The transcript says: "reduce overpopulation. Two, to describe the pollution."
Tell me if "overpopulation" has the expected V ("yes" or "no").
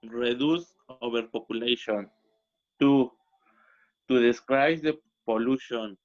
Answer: no